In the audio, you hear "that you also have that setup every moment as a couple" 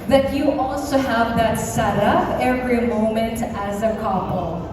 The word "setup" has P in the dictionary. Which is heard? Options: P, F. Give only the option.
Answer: F